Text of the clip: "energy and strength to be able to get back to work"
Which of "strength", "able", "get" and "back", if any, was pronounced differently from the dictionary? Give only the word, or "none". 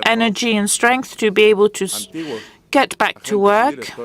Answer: none